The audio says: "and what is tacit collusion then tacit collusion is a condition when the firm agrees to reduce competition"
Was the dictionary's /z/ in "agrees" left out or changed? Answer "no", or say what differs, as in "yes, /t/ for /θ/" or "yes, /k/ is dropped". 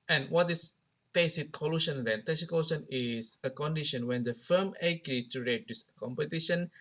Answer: yes, /z/ is dropped